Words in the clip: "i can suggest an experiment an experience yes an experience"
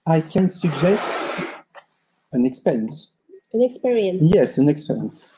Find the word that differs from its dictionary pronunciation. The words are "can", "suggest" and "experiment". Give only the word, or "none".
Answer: experiment